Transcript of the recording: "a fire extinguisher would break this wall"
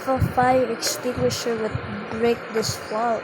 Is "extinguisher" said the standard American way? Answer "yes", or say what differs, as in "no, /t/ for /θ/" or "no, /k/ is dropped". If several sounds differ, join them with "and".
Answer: yes